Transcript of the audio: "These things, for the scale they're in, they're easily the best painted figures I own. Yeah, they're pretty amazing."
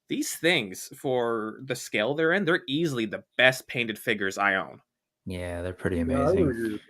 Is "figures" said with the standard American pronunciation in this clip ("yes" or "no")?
yes